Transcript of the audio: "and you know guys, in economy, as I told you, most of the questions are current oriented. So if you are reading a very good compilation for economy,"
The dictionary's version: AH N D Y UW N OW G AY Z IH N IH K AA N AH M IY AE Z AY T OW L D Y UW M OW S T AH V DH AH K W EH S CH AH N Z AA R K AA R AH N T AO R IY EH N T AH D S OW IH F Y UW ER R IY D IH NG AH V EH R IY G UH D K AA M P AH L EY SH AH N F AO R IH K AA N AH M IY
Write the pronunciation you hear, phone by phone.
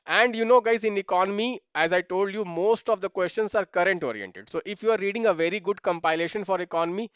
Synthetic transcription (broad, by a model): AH N D Y UW N OW G AY Z IH N IH K AA N AH M IY AE Z AY T OW L D Y UW M OW S T AH V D AH K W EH S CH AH N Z AA R K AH R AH N T AO R IY EH N T AH D S OW IH F Y UW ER R IY D IH NG AH V EH R IY G UH D K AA M P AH L EY SH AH N F AO R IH K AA N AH M IY